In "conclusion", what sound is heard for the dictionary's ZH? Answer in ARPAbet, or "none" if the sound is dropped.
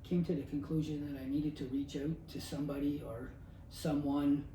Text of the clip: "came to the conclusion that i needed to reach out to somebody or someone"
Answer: ZH